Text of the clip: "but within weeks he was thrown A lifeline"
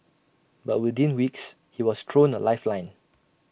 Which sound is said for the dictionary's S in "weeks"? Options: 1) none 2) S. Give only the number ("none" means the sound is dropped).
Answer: 2